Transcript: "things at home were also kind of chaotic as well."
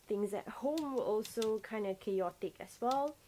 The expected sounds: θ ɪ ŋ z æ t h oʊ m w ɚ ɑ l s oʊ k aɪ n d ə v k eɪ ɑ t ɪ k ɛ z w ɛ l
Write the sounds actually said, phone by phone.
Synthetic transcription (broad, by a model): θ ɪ ŋ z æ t h oʊ m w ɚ ɑ l s oʊ k aɪ n d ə k eɪ ɑ t ɪ k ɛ s w ɛ l